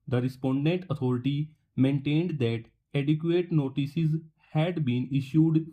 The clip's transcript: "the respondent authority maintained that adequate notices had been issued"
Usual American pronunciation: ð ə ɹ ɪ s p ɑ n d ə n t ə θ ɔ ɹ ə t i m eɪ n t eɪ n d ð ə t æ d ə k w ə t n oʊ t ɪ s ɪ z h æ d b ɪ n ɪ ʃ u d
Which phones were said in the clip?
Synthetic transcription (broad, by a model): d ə ɹ ɪ s p ɑ n d ə n t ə t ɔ ɹ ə t i m eɪ n t eɪ n d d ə t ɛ d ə k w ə t n oʊ t ɪ s ɪ z h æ d b ɪ n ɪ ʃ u d